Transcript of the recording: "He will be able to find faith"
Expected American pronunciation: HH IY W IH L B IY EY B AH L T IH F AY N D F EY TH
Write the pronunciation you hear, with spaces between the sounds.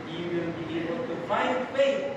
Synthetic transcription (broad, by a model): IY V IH N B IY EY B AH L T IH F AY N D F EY